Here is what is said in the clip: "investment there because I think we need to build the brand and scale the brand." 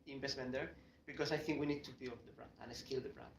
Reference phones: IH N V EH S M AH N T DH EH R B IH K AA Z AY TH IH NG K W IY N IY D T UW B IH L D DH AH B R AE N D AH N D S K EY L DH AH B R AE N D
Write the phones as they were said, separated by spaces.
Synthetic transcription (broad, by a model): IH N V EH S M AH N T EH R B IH K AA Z AY TH IH NG K W IY N IY D T UW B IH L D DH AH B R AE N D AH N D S K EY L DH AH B R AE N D